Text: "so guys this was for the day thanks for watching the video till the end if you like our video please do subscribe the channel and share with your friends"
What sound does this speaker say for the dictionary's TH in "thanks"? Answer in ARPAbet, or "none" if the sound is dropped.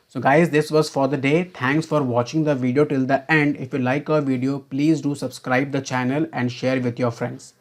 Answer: T